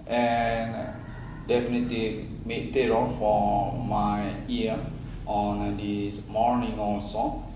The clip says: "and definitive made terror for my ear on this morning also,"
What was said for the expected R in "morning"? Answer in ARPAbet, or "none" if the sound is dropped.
R